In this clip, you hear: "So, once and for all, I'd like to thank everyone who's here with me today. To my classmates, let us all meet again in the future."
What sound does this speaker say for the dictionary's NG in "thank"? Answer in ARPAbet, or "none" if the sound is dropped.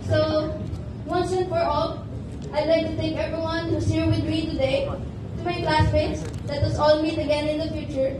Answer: none